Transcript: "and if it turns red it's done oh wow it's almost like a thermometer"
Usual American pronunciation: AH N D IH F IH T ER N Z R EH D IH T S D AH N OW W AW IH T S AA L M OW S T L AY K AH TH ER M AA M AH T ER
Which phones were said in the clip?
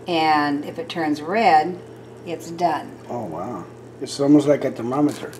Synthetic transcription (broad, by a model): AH N IH F IH T ER N Z R EH D IH T S D AH N OW W AW IH T S AA L M OW S T L AY K AH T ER M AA M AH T ER